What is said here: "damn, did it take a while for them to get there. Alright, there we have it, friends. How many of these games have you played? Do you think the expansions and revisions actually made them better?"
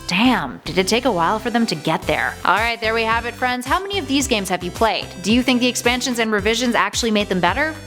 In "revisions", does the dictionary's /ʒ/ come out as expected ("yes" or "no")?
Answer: yes